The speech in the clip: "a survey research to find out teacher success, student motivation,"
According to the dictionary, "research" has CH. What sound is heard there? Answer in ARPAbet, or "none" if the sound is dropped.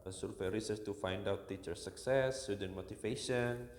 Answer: S